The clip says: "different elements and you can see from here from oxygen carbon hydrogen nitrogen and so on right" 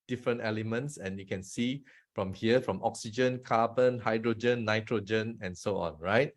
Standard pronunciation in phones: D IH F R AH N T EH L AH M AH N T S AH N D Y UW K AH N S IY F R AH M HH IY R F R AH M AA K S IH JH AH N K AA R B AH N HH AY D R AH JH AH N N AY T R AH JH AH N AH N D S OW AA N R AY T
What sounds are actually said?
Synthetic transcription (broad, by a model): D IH F R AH N T EH L AH M AH N T S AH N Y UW K AH N S IY F R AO M HH IY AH F R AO M AA K S IH JH AH N K AA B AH N HH AY D R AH JH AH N N AY T R AH JH AH N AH N S OW AA N R AY T